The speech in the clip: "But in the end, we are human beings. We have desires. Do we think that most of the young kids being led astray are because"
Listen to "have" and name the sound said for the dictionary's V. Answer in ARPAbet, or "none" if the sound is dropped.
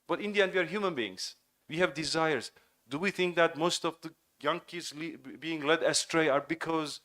V